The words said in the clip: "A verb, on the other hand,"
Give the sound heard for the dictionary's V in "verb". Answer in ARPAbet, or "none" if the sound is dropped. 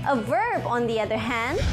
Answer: V